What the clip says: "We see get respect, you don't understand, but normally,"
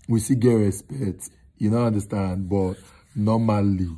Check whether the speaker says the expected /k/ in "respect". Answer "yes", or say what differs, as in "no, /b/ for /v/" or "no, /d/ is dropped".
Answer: no, /k/ is dropped